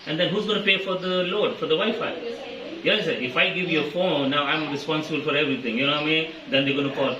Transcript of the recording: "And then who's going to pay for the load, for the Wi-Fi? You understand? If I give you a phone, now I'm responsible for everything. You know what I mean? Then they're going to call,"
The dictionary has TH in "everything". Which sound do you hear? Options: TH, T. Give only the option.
T